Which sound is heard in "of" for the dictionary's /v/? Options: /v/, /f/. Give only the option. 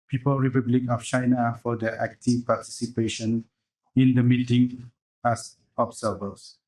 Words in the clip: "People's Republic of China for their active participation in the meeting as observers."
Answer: /f/